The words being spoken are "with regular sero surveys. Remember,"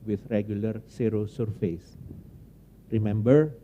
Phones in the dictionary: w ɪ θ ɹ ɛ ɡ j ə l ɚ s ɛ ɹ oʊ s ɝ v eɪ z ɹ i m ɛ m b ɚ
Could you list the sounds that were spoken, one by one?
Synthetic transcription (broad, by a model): w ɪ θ ɹ ɛ ɡ j ə l ɚ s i ɹ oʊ s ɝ f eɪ s ɹ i m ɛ m b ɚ